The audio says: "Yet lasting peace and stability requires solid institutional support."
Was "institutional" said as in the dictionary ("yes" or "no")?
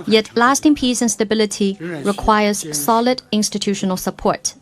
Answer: yes